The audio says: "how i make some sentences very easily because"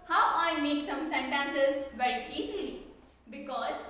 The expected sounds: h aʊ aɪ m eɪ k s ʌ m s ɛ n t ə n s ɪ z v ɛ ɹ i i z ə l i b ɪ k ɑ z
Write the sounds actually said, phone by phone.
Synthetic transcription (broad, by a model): h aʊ aɪ m eɪ k s ʌ m s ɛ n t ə n s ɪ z v ɛ ɹ i i z ə l i b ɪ k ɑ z